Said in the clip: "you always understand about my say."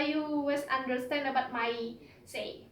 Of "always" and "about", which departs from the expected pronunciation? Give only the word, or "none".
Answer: always